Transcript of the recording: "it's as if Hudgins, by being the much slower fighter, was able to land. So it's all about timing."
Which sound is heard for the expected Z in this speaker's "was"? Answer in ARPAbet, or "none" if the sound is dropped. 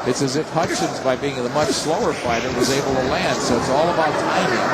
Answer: Z